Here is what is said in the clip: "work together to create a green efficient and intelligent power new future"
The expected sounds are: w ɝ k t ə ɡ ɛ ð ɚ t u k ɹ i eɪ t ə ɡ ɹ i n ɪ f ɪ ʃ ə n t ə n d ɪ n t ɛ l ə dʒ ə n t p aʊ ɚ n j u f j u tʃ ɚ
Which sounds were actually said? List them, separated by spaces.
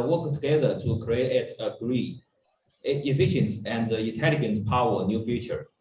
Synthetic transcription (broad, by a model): w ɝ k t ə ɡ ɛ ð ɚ t u k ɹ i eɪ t ə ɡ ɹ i ɪ f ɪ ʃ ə n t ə n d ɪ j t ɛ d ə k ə n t p aʊ ɚ n j u f j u tʃ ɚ